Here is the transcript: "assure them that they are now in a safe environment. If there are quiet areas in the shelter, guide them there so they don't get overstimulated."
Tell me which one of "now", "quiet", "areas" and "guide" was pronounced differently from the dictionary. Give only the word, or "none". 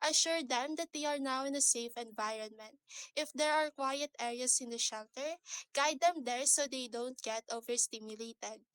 areas